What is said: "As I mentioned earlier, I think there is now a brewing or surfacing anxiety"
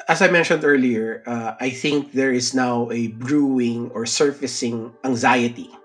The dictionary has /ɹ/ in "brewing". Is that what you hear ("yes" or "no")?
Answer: yes